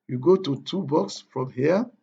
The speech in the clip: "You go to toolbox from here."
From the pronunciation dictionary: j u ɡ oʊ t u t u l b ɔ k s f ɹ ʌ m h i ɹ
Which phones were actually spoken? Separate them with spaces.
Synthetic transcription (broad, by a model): j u ɡ oʊ t u t u b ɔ k s f ɹ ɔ m h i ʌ